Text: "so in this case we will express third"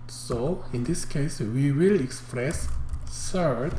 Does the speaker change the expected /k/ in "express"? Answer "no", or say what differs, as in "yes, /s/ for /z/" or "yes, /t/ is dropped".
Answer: no